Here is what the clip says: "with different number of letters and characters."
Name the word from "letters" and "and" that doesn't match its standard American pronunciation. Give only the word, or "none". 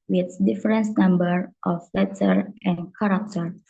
letters